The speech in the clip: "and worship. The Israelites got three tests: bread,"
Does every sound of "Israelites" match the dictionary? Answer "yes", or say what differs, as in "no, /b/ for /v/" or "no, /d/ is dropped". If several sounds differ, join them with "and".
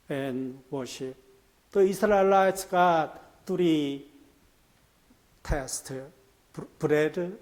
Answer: no, /s/ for /z/